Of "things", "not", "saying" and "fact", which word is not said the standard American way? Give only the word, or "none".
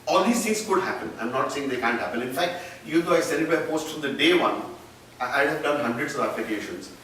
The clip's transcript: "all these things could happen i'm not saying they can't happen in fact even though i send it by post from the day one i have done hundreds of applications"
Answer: things